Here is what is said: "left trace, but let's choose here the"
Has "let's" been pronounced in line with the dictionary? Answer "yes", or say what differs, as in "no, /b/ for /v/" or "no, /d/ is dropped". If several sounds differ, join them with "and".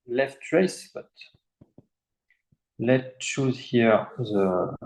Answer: no, /s/ is dropped